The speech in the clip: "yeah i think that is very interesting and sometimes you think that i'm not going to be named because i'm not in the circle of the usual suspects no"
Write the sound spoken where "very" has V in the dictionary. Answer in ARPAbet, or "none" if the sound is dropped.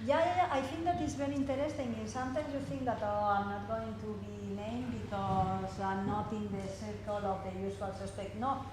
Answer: B